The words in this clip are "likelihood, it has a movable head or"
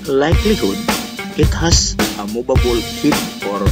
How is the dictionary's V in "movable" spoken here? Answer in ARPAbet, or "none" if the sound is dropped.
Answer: B